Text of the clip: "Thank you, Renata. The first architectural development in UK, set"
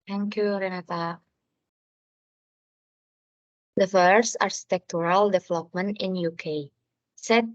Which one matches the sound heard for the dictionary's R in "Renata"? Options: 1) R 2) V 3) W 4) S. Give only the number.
1